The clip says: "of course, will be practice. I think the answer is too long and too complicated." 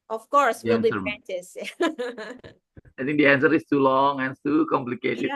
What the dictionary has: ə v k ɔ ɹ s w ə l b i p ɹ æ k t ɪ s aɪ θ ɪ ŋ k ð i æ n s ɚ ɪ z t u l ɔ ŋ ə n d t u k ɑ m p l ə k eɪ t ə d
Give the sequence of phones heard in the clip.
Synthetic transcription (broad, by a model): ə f k ɔ ɹ s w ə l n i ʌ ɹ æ t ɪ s aɪ t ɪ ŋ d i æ n s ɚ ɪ s t u l ɔ ŋ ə n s t u k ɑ m p l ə k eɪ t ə